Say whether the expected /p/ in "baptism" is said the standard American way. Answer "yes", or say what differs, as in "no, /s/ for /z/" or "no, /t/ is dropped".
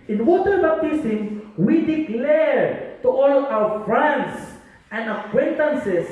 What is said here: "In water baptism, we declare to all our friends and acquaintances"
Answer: no, /p/ is dropped